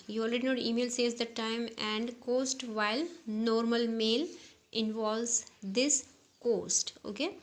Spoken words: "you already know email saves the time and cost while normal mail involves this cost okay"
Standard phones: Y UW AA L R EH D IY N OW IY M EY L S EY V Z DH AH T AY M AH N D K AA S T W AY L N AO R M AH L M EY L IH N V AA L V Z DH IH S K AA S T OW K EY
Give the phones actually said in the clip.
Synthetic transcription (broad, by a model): Y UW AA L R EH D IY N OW IY M EY L S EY Z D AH T AY M AH N D K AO S T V AY L N AO R M AH L M EY L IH N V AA L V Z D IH S K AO S T OW K EY